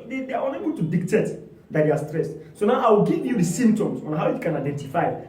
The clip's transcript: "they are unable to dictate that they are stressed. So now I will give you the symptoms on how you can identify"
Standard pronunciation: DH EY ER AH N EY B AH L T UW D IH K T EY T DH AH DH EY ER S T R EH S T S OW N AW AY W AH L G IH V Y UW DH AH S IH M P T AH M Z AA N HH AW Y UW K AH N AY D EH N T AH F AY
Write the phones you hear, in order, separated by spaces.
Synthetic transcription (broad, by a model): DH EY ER AH N EY B AH L T UW D IH K T EY T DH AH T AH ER S T R EH S T S OW N AW AY W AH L G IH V Y UW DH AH S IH M P T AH M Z AA N HH AW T K AH N AY D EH N T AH F AY